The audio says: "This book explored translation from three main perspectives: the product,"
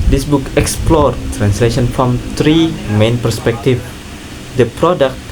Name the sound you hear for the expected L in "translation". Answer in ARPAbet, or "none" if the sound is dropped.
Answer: L